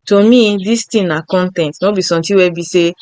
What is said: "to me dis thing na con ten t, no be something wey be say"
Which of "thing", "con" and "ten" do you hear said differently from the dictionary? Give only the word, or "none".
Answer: thing